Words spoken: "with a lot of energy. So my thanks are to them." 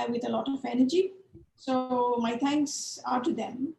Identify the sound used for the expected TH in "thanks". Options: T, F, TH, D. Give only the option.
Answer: T